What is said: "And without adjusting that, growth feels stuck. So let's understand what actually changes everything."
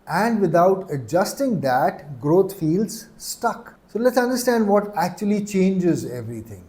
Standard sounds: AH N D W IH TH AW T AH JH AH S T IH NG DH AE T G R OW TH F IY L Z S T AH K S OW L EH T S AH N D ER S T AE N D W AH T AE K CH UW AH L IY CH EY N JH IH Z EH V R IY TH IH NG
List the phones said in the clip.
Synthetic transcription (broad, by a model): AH N D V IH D AW T AH JH AH S T IH NG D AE T G R OW T F IY L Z S T AH K S OW L EH T S AH N D ER S T AE N D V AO T AE K CH UW AH L IY CH EY N JH IH Z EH V R IY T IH NG